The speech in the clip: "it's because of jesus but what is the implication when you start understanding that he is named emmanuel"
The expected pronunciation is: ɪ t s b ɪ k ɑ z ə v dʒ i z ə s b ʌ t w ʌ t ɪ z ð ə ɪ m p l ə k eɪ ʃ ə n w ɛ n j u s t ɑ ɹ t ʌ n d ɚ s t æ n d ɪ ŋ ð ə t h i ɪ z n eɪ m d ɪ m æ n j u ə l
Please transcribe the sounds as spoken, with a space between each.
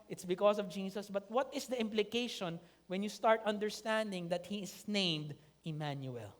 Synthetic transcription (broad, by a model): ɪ t s b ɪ k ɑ s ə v dʒ i s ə s b ʌ t w ʌ t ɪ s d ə ɪ m p l ə k eɪ ʃ ə n w ɛ n j u s t ɑ ɹ t ʌ n d ɚ s t æ n d ɪ ŋ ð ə t h i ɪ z n eɪ m d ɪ m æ n j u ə l